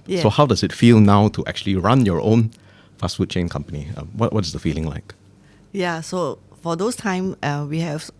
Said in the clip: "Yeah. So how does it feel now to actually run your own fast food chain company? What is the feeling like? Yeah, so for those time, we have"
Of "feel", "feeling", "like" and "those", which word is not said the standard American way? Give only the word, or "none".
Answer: those